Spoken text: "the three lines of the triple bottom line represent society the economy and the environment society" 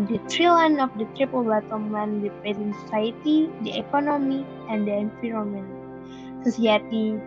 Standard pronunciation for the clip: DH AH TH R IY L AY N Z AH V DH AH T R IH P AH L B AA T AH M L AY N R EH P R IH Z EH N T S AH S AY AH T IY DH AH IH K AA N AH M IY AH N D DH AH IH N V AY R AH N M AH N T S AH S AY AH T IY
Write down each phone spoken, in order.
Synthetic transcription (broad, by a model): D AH T R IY L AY N AH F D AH T R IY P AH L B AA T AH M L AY N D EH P IH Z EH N S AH S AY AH T IY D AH IH K AA N AH M IY AH N D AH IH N F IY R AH M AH N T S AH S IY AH T IY